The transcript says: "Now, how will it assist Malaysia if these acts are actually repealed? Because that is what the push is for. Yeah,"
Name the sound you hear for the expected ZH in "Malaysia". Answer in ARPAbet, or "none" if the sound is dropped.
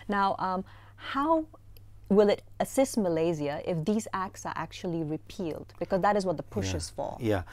Z